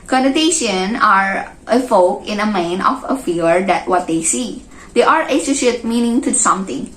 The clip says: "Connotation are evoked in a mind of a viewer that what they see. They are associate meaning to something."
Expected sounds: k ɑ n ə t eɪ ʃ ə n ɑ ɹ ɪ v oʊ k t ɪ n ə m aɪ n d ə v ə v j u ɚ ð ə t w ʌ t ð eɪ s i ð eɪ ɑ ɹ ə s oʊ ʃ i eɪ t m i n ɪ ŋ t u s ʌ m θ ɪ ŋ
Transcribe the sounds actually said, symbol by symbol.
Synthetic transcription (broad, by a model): k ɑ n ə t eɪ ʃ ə n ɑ ɹ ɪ f oʊ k ɪ n ə m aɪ n ə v ə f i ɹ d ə t w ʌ t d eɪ s i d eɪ ɑ ɹ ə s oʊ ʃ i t m i n ɪ ŋ t u s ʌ m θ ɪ ŋ